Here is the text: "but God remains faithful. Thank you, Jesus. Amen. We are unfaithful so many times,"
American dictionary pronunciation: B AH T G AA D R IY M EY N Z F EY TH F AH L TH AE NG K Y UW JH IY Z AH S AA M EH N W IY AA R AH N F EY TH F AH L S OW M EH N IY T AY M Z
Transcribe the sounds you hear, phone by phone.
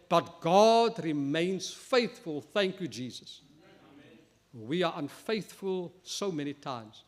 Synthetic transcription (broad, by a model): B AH T G AA D R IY M EY N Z F EY TH F AH L TH AE NG K Y UW JH IY Z AH S W IY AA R AH N F EY TH F AH L S OW M EH N IY T AY M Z